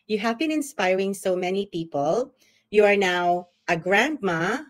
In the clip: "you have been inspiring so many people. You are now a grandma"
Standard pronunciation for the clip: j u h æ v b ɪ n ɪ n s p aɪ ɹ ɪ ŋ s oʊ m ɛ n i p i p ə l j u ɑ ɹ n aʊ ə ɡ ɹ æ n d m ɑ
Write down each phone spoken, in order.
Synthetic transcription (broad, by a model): j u h æ v b ɪ n ɪ n s p aɪ ɹ ɪ ŋ s oʊ m ɛ n i p i p ə l j u ɑ ɹ n aʊ ə ɡ ɹ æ n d m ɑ